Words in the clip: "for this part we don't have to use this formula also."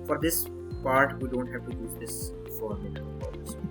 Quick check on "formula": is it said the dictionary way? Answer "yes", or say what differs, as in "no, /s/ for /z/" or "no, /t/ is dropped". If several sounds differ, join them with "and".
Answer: no, /n/ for /l/